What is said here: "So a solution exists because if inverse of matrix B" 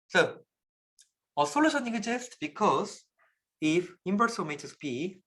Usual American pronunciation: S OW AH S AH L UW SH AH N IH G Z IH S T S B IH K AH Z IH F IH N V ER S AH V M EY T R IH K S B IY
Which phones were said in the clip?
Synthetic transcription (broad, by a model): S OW AH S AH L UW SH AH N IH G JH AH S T B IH K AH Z IH F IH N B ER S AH M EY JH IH S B IY